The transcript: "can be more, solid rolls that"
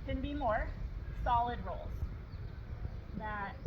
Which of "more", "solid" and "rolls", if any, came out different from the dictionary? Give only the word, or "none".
none